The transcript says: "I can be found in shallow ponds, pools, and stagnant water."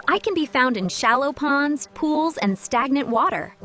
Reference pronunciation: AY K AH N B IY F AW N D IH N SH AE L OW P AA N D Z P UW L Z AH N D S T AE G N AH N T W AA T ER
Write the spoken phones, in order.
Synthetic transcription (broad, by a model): AY K AH N B IY F AW N D IH N SH AE L OW P AA N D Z P UW L Z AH N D S T AE G N AH N T W AA T ER